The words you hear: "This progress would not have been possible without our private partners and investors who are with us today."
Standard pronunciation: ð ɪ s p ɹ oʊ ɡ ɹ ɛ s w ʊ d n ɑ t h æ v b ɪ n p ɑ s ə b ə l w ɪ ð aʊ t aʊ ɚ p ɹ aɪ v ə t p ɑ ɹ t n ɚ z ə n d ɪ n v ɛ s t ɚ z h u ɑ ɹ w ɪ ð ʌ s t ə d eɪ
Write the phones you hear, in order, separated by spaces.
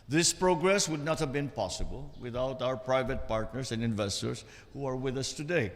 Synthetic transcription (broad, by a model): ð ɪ s p ɹ oʊ ɡ ɹ ɛ s w ʊ d n ɑ t h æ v b ɪ n p ɑ s ə b ə l w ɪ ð aʊ t aʊ ɚ p ɹ aɪ v ə t p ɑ ɹ t n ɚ s ə n d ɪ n v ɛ s t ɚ s h u ɑ ɹ w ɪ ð ʌ s t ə d eɪ